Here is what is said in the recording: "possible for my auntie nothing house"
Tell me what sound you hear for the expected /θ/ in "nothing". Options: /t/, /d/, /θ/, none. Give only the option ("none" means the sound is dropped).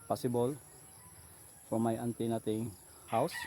/t/